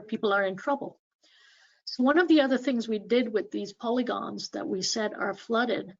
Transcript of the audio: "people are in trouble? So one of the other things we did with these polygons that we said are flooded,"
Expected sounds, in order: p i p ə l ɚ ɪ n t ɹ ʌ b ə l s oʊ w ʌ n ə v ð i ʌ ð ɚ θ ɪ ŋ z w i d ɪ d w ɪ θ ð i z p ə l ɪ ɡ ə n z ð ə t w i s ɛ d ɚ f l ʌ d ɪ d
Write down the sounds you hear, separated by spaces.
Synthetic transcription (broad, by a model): p i p l ɚ ɪ n t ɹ ʌ b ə l s oʊ w ʌ n ə v ð i ʌ ð ɚ θ ɪ ŋ z w i d ɪ d w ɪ ð i z p ə l ɪ ɡ ə n z ð ə t w i s ɛ d ɚ f l ʌ d ɪ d